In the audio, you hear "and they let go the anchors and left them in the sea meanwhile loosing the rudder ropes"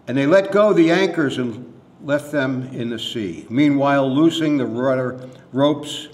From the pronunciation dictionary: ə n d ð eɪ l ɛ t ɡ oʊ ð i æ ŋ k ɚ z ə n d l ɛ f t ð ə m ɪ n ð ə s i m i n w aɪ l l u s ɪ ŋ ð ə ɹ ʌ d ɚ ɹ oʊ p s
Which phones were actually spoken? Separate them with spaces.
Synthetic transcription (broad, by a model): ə n ð eɪ l ɛ t ɡ oʊ ð i æ ŋ k ɚ z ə n l ɛ f t ð ə m ɪ n ð ə s i m i n w aɪ l l u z ɪ ŋ ð ə ɹ ʌ d ɚ ɹ oʊ p s